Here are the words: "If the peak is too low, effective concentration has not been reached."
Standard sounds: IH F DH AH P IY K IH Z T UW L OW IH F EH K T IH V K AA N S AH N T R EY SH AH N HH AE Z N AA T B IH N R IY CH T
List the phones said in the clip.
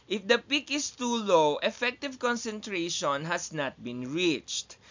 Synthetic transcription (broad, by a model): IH F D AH P IY K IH S T UW L OW IH F EH K T IH V K AA N S AH N T R EY SH AH N HH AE S N AA T B IH N R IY CH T